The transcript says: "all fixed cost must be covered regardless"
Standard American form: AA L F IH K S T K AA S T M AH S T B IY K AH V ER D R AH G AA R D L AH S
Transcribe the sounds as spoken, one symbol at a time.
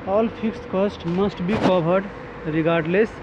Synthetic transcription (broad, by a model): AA L P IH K S K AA S T M AH S T B IY K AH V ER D R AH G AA R D L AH S